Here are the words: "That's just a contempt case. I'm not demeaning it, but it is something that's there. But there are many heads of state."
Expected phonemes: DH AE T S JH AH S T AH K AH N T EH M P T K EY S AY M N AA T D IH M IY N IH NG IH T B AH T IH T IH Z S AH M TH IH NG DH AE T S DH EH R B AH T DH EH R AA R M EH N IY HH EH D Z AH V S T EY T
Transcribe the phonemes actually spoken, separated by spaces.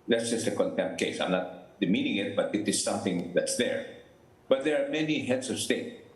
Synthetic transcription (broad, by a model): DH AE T S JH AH S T AH K AH N T EH M P T K EY S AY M N AA T D IH M IY N IH NG IH T B AH T IH T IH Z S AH M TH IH NG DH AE T S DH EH R B AH T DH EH R AA R M EH N IY HH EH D S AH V S T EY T